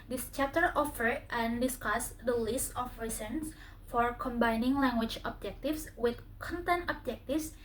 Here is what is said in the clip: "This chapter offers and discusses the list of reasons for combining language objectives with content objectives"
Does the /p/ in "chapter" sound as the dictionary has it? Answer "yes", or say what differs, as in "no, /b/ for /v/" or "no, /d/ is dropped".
no, /p/ is dropped